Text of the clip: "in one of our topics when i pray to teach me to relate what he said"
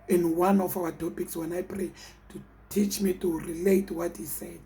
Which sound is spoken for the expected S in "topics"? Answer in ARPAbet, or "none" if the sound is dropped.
S